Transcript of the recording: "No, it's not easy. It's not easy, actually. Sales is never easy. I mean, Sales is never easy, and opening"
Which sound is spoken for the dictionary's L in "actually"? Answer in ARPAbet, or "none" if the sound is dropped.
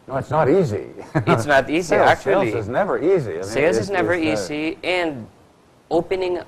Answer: none